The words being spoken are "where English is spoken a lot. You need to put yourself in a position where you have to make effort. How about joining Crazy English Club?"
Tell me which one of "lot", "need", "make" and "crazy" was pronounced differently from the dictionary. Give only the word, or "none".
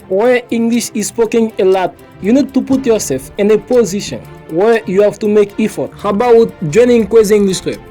crazy